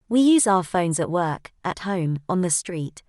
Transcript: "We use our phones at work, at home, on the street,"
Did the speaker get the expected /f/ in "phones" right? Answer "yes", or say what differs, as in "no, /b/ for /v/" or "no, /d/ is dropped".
yes